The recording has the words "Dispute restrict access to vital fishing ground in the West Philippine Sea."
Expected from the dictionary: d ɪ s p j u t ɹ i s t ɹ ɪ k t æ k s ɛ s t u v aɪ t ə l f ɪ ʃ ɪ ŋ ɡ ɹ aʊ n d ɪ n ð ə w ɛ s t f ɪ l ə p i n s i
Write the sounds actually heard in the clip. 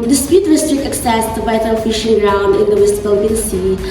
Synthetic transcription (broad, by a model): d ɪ s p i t ɹ i s t ɹ ɪ k t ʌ k s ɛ s t u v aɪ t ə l f ɪ ʃ ɪ ŋ ɡ ɹ aʊ n d ɪ n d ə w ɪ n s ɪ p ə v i l s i